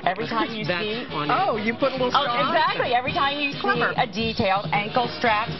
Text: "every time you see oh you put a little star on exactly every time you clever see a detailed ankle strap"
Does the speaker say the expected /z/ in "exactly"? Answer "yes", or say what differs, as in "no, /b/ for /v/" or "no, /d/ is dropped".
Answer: yes